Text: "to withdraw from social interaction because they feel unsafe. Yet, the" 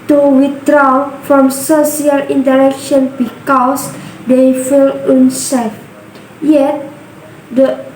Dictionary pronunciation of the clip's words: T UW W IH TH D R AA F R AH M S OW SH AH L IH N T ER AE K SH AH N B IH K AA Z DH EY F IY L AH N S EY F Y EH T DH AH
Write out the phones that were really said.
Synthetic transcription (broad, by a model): T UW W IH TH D R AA F R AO M S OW S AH L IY N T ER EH K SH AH N B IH K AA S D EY F IY L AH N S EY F Y EH T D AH